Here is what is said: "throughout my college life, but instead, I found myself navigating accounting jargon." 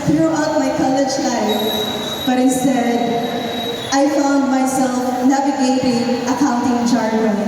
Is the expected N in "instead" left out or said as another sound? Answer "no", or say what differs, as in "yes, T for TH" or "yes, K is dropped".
yes, N is dropped